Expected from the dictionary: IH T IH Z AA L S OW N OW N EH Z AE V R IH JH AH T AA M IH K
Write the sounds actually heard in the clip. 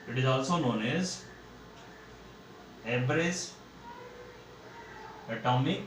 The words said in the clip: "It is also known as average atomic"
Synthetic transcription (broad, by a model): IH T IH Z AA L S OW N OW N EH Z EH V R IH Z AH T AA M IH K